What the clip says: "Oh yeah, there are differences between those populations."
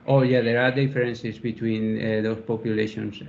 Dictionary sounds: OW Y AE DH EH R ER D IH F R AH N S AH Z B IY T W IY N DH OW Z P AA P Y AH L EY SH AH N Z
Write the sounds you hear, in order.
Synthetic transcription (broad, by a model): OW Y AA DH EH R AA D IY F R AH N S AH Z B IY T W IY N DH OW S P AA P Y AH L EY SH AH N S